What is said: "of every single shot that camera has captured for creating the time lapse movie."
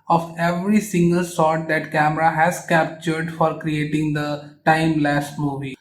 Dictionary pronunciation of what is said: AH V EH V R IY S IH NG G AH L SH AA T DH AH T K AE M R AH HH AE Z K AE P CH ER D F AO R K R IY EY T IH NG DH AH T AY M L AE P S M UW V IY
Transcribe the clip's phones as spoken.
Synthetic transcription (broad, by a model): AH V EH V R IY S IH NG G AH L S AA T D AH T K AE M R AH HH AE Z K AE P CH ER D F AO R K R IY EY T IH NG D AH T AY M L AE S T M UW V IY